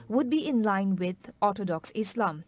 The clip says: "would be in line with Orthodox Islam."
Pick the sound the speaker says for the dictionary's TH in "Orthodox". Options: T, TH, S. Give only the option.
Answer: T